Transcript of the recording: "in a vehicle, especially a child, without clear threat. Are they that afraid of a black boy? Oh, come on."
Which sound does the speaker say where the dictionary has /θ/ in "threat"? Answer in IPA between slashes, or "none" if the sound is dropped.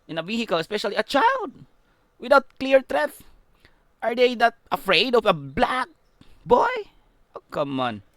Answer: /t/